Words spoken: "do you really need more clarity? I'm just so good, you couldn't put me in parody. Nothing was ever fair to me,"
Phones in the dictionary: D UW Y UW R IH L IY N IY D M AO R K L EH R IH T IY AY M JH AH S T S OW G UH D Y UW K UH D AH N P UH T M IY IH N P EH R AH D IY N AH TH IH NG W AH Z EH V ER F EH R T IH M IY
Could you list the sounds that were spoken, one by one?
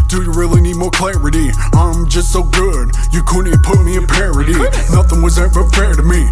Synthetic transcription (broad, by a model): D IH Y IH R IH L IY N IY D M AO R K L EH R IH T IY AY M JH AH S T S OW G UH D Y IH K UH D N P UH T M IY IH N P EH R AH D IY N AH TH IH NG W AH Z EH V ER F EH R T IH M IY